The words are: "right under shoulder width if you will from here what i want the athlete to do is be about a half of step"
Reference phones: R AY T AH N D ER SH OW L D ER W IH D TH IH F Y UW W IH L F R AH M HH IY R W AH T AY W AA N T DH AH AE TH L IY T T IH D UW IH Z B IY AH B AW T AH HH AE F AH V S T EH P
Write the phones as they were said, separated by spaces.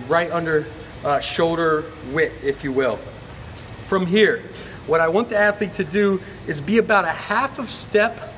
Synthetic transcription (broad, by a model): R AY T AH N D ER SH OW L D ER W IH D IH F Y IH W IH L F R AH M HH IY R W AH T AY W AA N T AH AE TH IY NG T IH D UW IH Z B IY AH B AW T AH HH AE F AH V S T EH P